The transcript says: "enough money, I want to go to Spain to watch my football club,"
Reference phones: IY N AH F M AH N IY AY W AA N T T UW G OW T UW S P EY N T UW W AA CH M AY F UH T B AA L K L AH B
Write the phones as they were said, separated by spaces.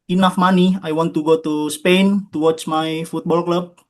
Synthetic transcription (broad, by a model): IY N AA F M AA N IY AY W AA N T T UW G OW T UW S P EY N T UW W AA CH M AY F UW T B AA L K L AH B